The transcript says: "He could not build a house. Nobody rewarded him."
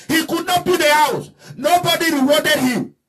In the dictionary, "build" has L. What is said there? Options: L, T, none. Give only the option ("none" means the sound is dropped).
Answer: none